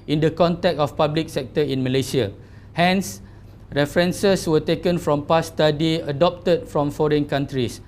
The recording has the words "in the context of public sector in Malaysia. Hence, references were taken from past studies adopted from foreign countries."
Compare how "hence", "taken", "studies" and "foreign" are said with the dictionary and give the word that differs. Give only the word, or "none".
studies